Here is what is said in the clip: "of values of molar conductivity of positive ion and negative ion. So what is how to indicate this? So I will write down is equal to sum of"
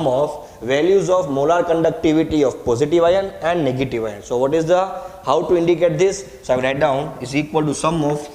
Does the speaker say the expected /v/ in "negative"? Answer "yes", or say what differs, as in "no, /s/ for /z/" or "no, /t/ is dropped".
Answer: yes